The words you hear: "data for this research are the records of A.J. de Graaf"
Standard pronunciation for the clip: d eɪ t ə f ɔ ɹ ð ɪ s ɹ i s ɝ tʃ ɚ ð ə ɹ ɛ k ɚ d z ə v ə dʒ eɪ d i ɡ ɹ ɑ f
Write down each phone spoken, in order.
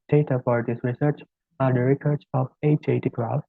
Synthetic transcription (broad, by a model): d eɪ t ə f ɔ ɹ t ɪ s ɹ i s ɝ tʃ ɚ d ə ɹ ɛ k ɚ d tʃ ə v ə tʃ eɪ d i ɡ ɹ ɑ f